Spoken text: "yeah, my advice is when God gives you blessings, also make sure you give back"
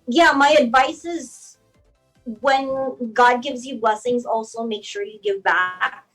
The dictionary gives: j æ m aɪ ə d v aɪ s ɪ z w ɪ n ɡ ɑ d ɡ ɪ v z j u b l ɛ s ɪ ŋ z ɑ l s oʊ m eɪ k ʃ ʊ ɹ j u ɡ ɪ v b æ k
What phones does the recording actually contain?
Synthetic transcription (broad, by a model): j æ m aɪ ə d v aɪ s ɪ z w ɪ n ɡ ɑ d ɡ ɪ v z j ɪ b l ɛ s ɪ ŋ z ɑ l s oʊ m eɪ k ʃ ʊ ɹ j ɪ ɡ ɪ v b æ k